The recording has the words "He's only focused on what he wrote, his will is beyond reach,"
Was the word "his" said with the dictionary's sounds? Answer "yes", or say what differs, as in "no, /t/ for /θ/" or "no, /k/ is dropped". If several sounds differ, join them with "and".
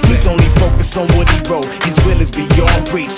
yes